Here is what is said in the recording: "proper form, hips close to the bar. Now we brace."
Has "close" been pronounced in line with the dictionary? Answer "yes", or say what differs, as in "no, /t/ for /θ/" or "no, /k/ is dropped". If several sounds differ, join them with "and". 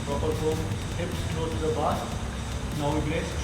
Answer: no, /s/ is dropped